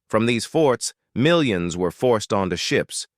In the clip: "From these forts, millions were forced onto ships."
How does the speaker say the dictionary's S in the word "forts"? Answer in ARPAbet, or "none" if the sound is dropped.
S